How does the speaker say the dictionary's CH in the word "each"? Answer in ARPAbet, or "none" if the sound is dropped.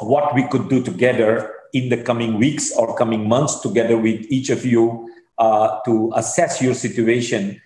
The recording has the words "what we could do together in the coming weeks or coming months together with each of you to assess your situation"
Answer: CH